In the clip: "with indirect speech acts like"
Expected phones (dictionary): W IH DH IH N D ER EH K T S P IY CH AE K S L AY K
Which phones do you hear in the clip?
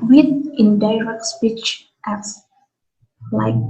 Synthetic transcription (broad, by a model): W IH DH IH N D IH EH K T S P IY CH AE S L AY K